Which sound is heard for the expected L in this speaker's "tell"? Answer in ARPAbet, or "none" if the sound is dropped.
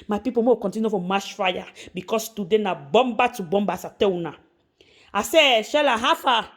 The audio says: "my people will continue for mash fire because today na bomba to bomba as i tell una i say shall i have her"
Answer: W